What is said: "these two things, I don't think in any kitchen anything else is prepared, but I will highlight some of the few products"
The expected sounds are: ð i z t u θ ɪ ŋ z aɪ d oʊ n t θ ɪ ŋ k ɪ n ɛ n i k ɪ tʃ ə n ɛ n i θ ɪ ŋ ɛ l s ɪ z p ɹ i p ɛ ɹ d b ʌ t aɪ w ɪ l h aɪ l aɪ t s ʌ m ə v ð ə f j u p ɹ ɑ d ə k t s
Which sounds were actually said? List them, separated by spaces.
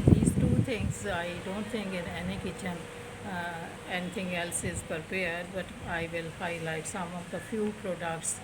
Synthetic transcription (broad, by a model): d i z t u t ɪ ŋ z aɪ d oʊ n t t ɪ ŋ k ɪ n ɛ n i k ɪ tʃ ə n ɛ n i t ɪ ŋ ɛ l s ɪ z p ɹ p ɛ ɹ d b ʌ t aɪ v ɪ l h aɪ l aɪ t s ʌ m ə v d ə f j u p ɹ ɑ d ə k t s